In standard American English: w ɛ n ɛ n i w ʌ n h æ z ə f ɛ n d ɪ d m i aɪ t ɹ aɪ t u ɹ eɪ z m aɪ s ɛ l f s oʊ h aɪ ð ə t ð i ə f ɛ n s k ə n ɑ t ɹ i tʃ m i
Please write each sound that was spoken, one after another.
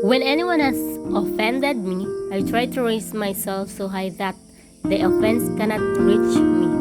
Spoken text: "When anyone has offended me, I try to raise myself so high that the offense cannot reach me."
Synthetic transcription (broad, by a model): w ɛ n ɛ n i w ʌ n h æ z ə f ɛ n d ɪ d m i aɪ t ɹ aɪ t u ɹ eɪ s m aɪ s ɛ l f s oʊ h aɪ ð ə t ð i ə f ɛ n s k ə n ɑ t w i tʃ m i